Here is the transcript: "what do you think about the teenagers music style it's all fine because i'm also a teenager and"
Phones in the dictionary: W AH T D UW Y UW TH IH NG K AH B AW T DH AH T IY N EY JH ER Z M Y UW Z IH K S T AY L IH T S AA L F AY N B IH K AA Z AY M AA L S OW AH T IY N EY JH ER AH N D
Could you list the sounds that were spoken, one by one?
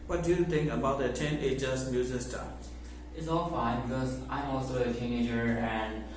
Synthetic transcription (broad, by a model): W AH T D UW Y UW T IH NG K AH B AW T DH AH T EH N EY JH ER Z M Y UW Z IH K S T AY IH T S AA L F AY N B IH K AA Z AY M AA L S OW AH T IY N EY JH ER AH N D